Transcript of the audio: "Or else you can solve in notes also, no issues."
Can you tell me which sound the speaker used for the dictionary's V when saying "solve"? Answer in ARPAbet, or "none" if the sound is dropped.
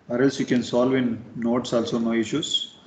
V